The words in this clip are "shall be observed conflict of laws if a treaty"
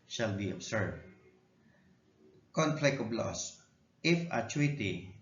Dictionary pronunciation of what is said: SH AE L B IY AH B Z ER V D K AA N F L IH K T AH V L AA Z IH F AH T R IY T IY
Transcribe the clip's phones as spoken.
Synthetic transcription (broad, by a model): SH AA L B IY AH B S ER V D K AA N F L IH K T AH B L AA S IH F AH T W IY T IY